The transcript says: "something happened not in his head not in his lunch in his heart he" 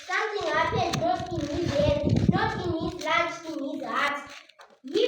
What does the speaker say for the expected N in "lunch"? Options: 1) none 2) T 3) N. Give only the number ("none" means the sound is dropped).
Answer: 1